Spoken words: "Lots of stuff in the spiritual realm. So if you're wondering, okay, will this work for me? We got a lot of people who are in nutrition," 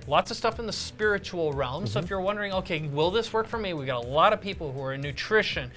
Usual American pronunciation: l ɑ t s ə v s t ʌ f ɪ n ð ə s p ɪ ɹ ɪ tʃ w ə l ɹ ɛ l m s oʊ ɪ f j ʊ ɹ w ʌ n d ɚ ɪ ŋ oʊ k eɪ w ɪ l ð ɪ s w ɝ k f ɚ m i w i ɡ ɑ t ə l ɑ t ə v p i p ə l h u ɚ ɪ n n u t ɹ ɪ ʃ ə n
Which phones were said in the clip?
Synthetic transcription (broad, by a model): l ɑ t s ə v s t ʌ f ɪ n ð ə s p ɪ ɹ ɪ tʃ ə l ɹ ɛ l m s oʊ ɪ f j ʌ ɹ w ʌ n d ɚ ɪ ŋ oʊ k eɪ w ɪ l ð ɪ s w ɝ k f ɚ m i w i ɡ ɑ t ə l ɑ t ə v p i p l h u ɚ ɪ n n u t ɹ ɪ ʃ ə n